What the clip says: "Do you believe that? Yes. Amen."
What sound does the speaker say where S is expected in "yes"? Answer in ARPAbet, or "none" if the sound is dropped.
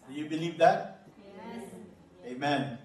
none